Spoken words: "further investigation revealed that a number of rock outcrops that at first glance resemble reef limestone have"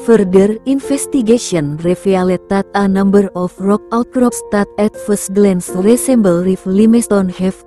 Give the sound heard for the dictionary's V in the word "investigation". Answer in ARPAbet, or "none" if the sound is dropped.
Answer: F